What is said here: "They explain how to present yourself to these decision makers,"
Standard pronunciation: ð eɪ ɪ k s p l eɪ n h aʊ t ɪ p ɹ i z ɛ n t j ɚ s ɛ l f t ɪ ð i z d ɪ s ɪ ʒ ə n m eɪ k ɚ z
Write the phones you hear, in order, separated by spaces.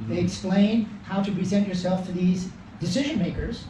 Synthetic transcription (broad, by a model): ð eɪ ɪ k s p l eɪ n h aʊ t ɪ p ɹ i z ɛ n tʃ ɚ s ɛ l f t ɪ ð i z d ɪ s ɪ ʒ ə n m eɪ k ɚ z